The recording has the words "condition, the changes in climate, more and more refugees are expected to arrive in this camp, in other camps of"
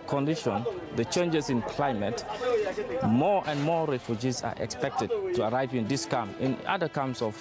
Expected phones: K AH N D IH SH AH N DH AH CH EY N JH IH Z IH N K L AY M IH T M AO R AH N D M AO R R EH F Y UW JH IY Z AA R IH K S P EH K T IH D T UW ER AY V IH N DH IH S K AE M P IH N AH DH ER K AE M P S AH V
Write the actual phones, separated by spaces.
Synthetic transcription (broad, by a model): K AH N D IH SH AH N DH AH CH EY N JH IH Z IH N K L AY M IH T M AO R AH N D M AO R R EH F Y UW JH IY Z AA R IH K S P EH K T IH D T UW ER AY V IH N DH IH S K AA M IH N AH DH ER K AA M S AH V